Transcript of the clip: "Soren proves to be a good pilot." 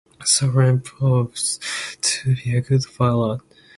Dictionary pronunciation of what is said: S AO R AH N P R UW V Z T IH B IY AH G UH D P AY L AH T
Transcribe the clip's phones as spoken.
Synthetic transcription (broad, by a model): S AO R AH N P AO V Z T IH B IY AH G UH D F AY L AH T